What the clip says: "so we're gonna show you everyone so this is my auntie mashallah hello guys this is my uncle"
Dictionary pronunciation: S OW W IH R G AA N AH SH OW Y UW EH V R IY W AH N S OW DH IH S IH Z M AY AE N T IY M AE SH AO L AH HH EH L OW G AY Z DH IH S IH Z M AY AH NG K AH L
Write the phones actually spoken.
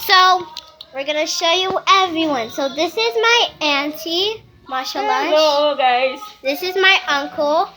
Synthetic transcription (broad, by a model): S OW W IH R G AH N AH SH OW Y UW EH V R IY W AH N S OW DH IH S IH Z M AY AE N T IY M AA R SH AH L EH OW G AY Z DH IH S IH Z M AY AH NG K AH L